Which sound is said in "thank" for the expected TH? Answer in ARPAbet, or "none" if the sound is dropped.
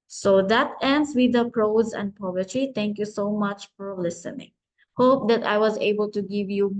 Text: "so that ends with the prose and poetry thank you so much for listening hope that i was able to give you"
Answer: T